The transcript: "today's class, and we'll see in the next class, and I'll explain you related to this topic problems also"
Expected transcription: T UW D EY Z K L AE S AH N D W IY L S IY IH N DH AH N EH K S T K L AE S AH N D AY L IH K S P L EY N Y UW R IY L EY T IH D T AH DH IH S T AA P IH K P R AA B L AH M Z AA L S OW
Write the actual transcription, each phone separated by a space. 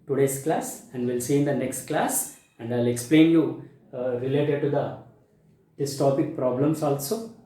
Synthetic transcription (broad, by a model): T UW D EY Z K L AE S AH N D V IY L S IY IH N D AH N EH K S T K L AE S AH N D AY L IH K S P L EY N Y UW R IY L EY T IH D T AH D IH S T AA P IH K P R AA B L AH M S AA L S OW